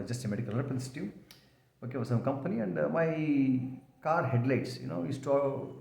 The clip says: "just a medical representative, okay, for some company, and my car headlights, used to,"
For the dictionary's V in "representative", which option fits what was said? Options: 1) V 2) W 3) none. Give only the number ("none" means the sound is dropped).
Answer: 3